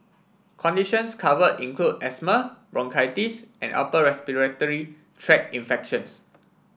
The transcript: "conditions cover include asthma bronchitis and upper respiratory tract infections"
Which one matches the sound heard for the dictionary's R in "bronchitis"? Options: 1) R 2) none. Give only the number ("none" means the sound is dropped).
1